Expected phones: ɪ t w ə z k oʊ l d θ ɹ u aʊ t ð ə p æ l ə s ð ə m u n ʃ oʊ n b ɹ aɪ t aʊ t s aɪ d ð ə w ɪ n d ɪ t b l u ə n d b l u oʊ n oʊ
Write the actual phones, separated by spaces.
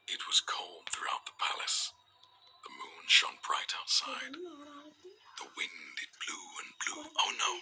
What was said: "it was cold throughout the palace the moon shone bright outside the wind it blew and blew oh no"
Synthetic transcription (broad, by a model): ɪ t w ə z k oʊ l d θ ɹ u aʊ t ð ə p æ l ə s ð ə m u n ʃ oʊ n b ɹ aɪ t aʊ t s aɪ d ð ə w ɪ n d ɪ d b l u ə n b l u oʊ n oʊ